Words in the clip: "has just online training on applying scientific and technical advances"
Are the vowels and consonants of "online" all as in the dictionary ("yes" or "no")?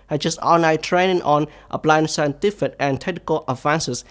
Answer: no